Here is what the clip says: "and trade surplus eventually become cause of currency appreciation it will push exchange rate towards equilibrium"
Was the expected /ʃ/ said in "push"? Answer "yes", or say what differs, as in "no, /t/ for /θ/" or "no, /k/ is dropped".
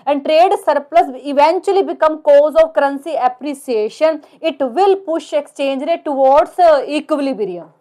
yes